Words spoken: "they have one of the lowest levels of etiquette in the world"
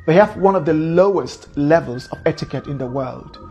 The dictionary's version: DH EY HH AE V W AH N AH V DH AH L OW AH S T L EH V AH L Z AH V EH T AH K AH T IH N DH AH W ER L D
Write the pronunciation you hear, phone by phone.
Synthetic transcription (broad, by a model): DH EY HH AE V W AH N AH V DH AH L OW AH S T L EH V AH L Z AH V EH T AH K AH T IH N DH AH W ER L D